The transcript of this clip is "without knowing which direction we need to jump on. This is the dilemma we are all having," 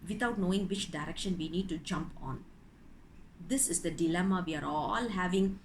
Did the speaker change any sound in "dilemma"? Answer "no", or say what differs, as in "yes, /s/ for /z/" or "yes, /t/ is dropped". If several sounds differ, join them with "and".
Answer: no